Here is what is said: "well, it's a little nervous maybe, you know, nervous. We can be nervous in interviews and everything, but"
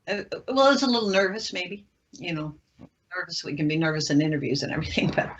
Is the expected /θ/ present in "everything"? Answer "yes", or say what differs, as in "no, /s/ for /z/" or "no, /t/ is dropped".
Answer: yes